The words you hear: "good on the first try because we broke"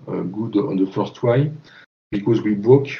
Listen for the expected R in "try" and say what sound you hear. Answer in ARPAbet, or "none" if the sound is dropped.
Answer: W